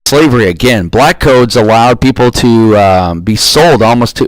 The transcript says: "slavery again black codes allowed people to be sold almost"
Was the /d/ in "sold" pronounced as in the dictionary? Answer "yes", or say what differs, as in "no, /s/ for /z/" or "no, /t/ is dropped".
yes